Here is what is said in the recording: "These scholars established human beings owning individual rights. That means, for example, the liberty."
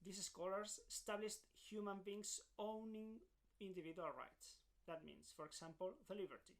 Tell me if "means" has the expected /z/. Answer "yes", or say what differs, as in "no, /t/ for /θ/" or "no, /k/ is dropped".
no, /s/ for /z/